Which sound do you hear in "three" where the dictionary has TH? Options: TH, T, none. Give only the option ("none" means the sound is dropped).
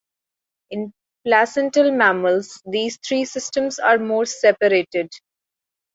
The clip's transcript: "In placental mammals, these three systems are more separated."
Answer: T